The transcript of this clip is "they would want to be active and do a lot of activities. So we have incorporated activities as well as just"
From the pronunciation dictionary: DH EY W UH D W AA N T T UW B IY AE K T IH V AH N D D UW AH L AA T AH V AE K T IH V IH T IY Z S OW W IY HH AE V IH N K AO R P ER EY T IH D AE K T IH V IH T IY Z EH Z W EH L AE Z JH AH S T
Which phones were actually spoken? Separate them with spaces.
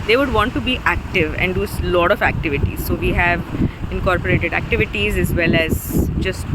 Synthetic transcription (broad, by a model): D EY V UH D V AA N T T UW B IY AE K T IH V AH N D D UW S L AA T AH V AE K T IH V IH T IY Z S OW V IY HH AE V IH N K AO R P ER EY T IH D AE K T IH V IH T IY Z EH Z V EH L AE Z JH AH S T